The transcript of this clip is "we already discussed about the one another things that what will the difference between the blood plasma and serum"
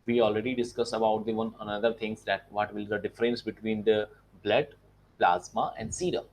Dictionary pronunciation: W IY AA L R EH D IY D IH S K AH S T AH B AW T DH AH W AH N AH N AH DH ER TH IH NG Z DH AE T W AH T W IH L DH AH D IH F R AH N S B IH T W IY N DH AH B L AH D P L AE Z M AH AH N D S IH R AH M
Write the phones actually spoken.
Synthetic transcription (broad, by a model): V IY AA L R EH D IY D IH S K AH S AH B AW T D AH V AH N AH N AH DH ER T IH NG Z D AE T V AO T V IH L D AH D IH F R AH N S B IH T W IY N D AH B L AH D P L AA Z M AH AH N D S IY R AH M